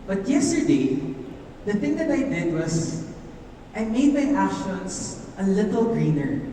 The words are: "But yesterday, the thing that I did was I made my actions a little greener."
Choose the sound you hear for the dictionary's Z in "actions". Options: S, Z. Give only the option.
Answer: S